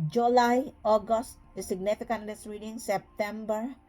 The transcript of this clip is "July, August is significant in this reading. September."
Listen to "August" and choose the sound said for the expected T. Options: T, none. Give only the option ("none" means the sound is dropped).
T